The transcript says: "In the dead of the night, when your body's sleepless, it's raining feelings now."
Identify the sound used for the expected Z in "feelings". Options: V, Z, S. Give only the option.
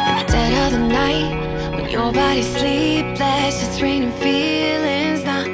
Z